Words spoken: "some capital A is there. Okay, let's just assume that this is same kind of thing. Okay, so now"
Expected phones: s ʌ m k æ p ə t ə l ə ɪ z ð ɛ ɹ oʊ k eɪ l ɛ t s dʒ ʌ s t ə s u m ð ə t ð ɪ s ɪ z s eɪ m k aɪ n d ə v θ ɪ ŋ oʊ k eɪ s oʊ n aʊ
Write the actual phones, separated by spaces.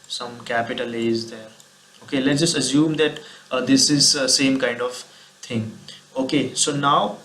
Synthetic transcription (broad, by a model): s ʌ m k æ p ə t ə l ə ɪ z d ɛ ɹ oʊ k eɪ l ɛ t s dʒ ʌ s t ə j u m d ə t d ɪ s ɪ z s eɪ m k aɪ n d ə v t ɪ ŋ oʊ k eɪ s oʊ n aʊ